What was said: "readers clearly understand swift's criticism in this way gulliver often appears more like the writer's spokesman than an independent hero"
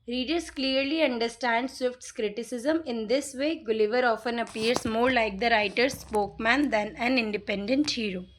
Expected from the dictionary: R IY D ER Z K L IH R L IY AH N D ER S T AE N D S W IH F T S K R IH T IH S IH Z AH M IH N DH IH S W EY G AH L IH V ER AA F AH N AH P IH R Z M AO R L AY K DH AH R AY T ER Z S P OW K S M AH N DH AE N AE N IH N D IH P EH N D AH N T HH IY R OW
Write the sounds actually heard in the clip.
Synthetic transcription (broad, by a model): R IY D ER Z K L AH R L IY AH N D ER S T AE N D S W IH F T S K R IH T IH S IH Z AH M IH N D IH S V EY G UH L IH V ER AA F AH N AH P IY R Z M AO R L AY K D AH R AY T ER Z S P OW K M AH N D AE N AE N IH N D IH P EH N D AH N T HH IY R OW